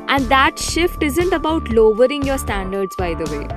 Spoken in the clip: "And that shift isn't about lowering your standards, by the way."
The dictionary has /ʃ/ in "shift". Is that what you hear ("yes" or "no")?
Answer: yes